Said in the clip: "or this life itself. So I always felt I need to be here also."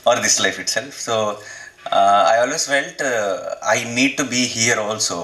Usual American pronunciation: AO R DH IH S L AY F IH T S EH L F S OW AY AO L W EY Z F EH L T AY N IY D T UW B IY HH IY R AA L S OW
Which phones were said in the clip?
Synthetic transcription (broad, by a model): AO R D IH S L AY F IH T S EH L F S OW AY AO L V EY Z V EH N T AY N IY D T UW B IY HH IY R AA L S OW